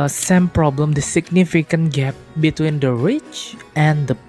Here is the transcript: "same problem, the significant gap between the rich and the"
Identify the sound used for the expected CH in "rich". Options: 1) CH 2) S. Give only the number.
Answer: 1